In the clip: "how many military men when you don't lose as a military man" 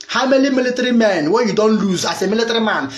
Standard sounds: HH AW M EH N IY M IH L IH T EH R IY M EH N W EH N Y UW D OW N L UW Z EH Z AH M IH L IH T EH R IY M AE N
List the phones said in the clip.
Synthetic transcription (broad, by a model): HH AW M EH L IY M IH L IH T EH R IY M EH N W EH Y UW D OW N L UW Z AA S AH M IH L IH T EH R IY M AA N